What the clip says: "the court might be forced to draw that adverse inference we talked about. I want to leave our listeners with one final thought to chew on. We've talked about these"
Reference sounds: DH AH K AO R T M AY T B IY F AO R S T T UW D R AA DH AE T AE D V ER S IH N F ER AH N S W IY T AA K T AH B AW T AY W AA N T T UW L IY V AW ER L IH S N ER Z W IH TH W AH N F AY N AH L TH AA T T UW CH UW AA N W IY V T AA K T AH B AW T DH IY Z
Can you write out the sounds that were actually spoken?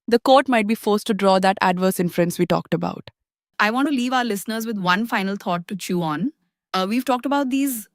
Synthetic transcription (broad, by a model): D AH K AO R T M AY T B IY F AO R S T T UW D R AA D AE T AE D V ER S IH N F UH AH N S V IY T AA K T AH B AW T AY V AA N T T UW L IY V AW ER L IH S N ER Z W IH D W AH N F AY N AH L T AA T T UW CH UW AA N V IY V T AA K T AH B AW T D IY Z